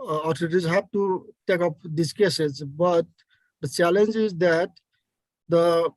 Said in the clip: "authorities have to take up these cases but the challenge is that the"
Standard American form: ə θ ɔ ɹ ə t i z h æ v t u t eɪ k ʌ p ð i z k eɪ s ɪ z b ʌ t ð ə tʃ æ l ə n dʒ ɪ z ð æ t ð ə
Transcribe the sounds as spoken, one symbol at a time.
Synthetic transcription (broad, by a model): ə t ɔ ɹ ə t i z h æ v t u t eɪ k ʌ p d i s k eɪ s ɪ z b ʌ t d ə tʃ æ l ə n dʒ ɪ z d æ t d ə